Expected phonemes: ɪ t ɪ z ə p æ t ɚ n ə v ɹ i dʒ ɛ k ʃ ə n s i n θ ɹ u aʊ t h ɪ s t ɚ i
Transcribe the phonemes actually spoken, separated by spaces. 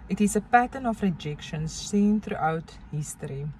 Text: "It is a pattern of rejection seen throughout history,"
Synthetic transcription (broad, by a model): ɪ t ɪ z ə p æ t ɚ n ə f ɹ i dʒ ɛ k ʃ ə n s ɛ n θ ɹ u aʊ t h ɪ s t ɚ i